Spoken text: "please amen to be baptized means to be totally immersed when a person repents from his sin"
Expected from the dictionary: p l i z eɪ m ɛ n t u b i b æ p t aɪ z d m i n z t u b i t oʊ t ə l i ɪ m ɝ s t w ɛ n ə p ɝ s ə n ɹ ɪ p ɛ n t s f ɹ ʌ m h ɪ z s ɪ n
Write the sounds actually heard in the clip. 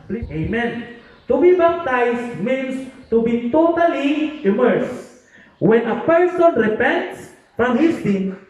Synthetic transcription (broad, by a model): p l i eɪ m ɛ n t u b i b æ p t aɪ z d m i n s t u b i t oʊ t ə l i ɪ m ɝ s w ɛ n ə p ɝ s ə n ɹ ɪ p ɛ n t s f ɹ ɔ m h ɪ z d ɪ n